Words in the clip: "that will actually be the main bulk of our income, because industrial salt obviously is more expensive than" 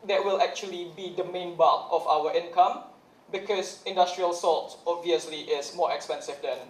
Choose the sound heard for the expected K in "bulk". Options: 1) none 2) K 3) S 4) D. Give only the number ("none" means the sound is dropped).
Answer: 1